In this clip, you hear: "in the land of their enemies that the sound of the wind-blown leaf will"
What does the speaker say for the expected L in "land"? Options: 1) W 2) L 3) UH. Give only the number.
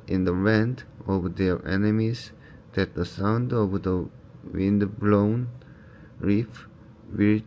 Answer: 1